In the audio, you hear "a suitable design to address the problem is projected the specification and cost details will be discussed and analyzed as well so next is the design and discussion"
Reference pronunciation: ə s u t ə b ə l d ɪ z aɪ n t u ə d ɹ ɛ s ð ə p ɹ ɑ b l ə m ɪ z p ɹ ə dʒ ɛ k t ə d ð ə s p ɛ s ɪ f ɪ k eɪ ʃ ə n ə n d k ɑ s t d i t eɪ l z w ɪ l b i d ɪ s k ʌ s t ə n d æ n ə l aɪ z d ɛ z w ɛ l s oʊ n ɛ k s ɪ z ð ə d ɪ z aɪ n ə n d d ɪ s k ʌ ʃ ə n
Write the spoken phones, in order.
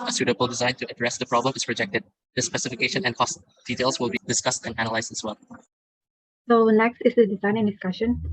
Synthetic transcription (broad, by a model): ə s u t ə b ə l d ɪ z aɪ n t u ə d ɹ ɛ s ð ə p ɹ ɑ b l ə m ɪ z p ɹ ə dʒ ɛ k t ə d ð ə s p ɛ s ɪ f ɪ k eɪ ʃ ə n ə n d k ɑ s t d i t eɪ l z w ɪ l b i d ɪ s k ʌ s t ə n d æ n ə l aɪ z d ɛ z w ɛ l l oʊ l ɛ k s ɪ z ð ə d ɪ z aɪ n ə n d d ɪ s k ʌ ʃ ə n